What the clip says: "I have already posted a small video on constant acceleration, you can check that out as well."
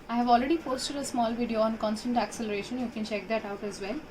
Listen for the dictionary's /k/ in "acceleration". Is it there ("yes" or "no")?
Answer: yes